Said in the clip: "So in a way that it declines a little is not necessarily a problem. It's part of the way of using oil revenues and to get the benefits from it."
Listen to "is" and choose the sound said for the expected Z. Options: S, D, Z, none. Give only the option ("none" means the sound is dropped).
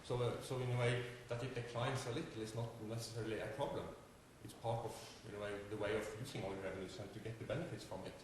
S